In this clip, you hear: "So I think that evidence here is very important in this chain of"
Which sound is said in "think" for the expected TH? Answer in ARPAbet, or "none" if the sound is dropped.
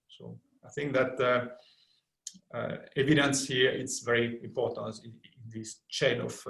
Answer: TH